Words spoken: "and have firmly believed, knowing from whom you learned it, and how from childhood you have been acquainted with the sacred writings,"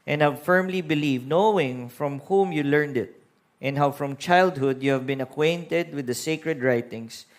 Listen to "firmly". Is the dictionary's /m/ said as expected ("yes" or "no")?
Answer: yes